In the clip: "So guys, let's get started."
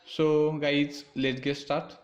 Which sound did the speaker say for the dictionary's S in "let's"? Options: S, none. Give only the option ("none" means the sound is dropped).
none